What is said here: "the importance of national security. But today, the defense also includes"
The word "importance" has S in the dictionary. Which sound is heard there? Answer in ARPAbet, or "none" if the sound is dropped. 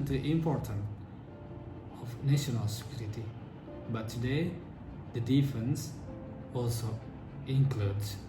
none